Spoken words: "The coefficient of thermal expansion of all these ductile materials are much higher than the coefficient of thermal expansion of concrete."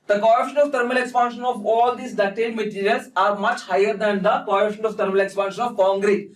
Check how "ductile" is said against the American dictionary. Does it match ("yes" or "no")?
no